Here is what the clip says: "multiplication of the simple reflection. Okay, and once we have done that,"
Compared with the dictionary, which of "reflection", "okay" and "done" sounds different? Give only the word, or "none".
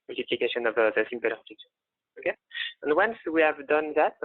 reflection